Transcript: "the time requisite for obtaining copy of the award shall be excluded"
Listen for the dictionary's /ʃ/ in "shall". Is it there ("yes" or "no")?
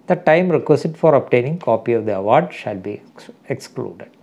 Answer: yes